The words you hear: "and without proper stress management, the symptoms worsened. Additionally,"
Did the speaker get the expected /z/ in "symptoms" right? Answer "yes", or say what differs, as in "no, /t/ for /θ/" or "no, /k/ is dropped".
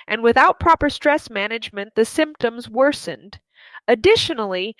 yes